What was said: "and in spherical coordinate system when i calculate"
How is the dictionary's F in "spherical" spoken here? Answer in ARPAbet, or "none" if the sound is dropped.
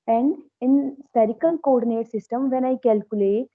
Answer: none